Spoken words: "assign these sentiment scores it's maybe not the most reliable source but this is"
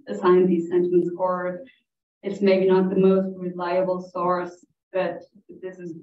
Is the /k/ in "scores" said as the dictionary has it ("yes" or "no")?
no